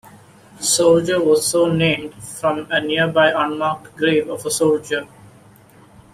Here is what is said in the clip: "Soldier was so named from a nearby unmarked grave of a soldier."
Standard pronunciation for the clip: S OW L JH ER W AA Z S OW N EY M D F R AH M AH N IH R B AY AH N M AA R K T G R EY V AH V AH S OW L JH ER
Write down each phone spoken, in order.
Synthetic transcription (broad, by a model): S OW L JH ER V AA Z S OW N EY M D F R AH M AH N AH R B AY AH N M AA R K T G R EY V AH V AH S OW L JH ER